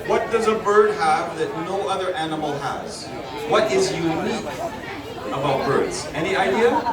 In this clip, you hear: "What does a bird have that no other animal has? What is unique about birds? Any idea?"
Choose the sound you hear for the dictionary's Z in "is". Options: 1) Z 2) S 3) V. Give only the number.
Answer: 1